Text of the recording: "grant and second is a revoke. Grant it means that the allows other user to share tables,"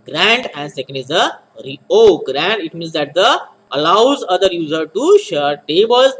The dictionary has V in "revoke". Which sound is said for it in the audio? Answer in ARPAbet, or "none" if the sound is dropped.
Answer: none